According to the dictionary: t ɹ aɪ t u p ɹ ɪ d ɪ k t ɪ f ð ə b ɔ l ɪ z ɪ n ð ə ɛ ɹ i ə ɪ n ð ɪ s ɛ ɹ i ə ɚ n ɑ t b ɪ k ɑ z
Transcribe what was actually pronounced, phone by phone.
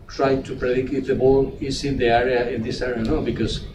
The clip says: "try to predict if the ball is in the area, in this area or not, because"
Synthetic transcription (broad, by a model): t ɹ aɪ t u p ɹ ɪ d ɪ k ɪ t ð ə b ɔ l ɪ s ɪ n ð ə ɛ ɹ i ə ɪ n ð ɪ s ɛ ɹ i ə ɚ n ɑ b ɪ k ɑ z